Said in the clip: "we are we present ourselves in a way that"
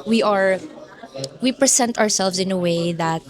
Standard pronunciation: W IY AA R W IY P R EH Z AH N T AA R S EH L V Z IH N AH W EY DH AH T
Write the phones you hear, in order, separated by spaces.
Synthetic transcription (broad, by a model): W IY AA R W IY P R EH S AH N T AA R S EH L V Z IH N AH W EY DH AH T